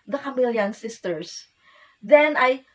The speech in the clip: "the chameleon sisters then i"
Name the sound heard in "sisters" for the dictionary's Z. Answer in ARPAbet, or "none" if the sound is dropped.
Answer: S